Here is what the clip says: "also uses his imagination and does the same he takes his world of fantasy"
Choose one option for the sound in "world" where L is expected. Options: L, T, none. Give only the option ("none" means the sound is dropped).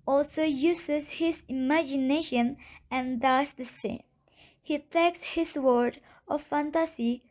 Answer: none